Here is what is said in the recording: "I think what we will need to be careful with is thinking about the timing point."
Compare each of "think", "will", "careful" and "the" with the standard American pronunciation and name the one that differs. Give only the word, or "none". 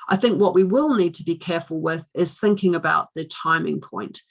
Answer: none